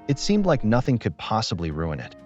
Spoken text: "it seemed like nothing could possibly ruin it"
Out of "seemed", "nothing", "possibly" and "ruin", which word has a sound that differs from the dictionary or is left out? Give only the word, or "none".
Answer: none